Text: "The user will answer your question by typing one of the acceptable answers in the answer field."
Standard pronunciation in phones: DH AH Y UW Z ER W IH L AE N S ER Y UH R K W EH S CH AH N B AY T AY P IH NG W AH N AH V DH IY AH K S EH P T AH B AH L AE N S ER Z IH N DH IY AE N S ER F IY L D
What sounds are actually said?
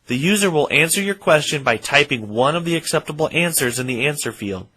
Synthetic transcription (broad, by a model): DH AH Y UW Z ER W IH L AE N S ER Y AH R K W EH S CH AH N B AY T AY P IH NG W AH N AH V DH IY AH K S EH P T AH B L AE N S ER Z IH N DH IY AE N S ER F IY L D